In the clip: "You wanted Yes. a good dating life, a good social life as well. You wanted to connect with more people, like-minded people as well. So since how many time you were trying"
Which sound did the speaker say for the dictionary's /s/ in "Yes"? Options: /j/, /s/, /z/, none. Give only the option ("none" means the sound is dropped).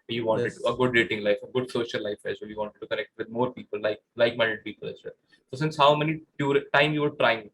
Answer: none